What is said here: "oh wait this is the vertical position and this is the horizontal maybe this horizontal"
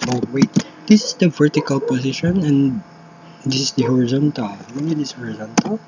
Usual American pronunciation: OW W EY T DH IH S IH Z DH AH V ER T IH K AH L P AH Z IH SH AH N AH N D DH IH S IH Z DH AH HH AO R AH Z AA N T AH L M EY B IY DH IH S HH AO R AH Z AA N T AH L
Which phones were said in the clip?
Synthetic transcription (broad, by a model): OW W EY T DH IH S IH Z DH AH V ER T IH K AH L P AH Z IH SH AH N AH N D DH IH S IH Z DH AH HH AO R AH Z AA N T AH L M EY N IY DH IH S HH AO R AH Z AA N T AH L